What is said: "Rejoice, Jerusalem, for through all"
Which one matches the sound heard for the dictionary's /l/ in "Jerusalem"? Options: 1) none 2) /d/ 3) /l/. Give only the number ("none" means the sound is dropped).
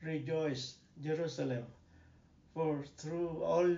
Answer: 3